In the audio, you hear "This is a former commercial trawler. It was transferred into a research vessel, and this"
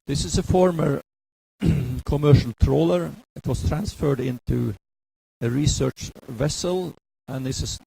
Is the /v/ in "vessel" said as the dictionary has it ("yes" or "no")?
yes